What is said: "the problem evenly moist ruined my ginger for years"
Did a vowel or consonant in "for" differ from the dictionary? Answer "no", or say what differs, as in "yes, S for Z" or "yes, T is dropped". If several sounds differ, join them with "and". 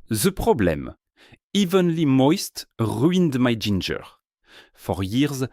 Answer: no